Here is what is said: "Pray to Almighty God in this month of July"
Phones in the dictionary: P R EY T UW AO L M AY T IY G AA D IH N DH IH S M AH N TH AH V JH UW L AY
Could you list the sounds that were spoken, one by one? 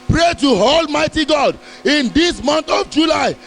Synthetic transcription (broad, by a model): P R EY T UW AO L M AY T IY G AA D IH N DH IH S M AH N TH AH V JH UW L AY